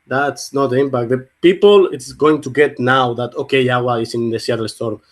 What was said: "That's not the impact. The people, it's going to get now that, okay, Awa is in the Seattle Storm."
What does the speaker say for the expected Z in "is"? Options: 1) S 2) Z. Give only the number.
1